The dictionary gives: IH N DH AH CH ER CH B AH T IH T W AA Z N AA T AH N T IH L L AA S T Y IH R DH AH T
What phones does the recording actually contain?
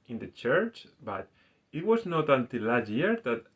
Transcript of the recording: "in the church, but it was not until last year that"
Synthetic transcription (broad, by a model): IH N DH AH CH ER CH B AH T IH T W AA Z N AA T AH N T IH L L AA T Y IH R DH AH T